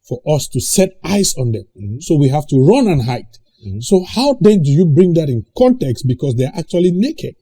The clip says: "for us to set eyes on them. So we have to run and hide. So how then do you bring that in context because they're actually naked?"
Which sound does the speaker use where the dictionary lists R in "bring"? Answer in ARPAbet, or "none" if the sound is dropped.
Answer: R